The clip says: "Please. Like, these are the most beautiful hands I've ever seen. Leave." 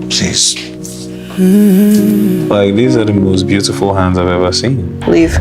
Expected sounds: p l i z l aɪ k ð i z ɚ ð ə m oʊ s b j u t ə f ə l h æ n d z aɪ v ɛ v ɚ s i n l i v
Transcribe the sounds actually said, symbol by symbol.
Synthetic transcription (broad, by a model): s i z l aɪ k ð i z ɚ ð ə m oʊ s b j u t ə f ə l h æ n d z aɪ v ɛ v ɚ s i n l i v